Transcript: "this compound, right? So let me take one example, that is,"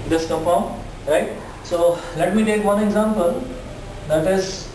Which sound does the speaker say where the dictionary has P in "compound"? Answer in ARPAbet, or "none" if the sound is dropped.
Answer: F